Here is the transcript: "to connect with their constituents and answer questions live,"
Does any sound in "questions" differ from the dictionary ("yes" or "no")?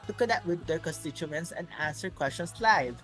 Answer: yes